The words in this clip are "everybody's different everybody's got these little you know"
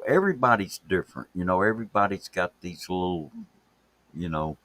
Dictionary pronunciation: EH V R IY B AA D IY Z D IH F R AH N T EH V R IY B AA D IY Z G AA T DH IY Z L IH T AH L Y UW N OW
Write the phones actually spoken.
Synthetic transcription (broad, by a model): EH V R IY B AA D IY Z D IH F R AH N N EH V R IY B AA D IY Z G AA T DH IY Z L IH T L Y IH N OW